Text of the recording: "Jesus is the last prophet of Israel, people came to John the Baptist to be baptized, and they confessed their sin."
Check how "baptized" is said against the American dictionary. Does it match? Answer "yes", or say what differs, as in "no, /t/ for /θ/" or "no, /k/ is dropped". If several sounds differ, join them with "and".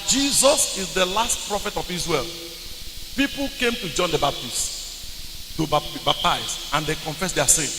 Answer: no, /d/ is dropped